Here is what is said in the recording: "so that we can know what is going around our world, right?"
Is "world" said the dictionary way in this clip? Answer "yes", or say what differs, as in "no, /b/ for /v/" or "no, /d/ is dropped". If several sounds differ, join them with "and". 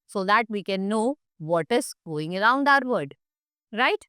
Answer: no, /l/ is dropped